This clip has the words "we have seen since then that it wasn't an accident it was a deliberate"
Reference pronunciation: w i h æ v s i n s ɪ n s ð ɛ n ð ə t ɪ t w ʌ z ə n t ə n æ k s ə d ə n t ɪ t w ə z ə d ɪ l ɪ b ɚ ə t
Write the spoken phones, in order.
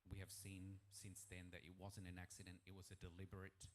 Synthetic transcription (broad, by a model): w i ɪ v s i n s ɪ n s ð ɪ n ð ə t ɪ t w ʌ z ə n t ə n æ k s ə d ə n t ɪ t w ə z ə d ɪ l ɪ b ɚ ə t